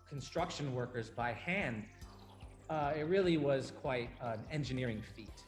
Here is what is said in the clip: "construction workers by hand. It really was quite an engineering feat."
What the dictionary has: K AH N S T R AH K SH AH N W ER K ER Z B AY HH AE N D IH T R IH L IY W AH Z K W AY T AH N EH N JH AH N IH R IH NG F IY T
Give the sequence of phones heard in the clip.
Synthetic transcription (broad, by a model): K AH N S T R AH K SH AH N W ER K ER Z B AY HH AE N D IH T R IH L IY W AH Z K W AY T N EH N JH AH N IH R IH NG F IY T